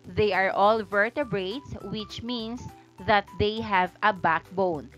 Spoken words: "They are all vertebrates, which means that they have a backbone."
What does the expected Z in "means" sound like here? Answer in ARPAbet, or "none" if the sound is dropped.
S